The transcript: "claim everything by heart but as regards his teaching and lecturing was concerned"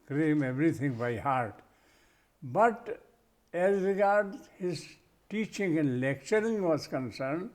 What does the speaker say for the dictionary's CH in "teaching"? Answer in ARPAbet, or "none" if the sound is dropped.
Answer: CH